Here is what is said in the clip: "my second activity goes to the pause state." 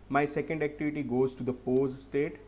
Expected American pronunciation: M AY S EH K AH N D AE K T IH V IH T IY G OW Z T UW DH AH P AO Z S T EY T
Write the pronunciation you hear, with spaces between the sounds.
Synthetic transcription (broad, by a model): M AY S EH K AH N D AE K T IH V IH T IY G OW Z T UW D AH P AO Z S T EY T